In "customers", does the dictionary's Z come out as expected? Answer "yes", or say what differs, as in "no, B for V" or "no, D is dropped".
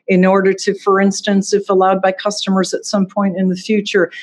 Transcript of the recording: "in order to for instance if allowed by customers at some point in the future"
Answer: yes